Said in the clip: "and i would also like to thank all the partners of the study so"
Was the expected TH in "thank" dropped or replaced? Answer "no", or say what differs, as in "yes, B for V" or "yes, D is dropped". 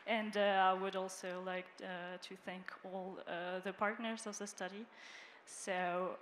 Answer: no